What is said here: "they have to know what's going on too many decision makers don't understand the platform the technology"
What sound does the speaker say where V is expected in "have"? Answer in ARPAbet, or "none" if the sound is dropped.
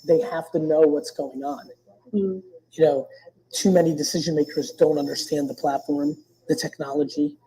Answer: F